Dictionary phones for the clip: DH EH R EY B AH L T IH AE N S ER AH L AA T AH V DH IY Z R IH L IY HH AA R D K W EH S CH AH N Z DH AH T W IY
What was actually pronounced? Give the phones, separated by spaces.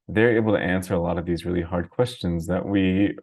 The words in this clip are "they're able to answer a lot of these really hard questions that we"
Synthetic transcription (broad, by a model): DH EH R EY B L T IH AE N S ER AH L AA T AH V DH IY Z R IH L IY HH AA R D K W EH S CH AH N Z DH AH T W IY